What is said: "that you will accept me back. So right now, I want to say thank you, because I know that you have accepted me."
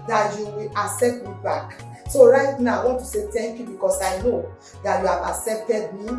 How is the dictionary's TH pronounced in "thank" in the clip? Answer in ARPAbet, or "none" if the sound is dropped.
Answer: T